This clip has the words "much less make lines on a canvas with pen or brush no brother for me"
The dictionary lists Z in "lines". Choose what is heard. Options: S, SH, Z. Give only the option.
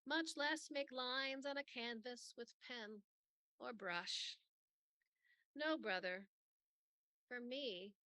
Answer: Z